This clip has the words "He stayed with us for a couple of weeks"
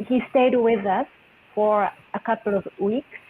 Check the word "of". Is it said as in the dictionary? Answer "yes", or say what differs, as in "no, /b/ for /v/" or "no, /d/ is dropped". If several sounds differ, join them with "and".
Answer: yes